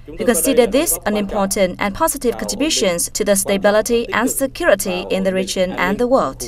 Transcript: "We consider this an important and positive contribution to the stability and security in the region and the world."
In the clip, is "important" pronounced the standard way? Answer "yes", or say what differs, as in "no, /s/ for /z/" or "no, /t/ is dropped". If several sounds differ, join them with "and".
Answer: yes